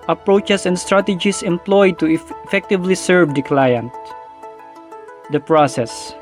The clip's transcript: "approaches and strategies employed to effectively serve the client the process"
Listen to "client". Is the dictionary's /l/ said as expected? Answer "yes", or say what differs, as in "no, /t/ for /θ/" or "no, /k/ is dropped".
yes